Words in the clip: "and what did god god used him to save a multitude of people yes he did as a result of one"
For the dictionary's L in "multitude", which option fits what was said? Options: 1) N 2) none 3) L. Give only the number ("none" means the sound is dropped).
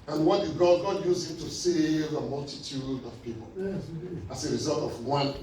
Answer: 3